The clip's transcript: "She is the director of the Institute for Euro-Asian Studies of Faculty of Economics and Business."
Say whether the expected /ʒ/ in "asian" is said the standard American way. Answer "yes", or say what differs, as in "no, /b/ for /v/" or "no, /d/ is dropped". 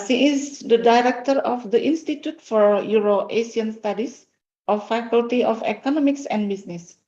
no, /s/ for /ʒ/